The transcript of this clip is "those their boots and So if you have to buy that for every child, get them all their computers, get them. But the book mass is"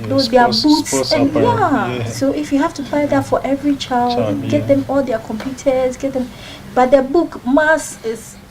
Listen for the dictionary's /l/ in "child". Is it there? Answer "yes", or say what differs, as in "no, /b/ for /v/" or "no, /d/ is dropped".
yes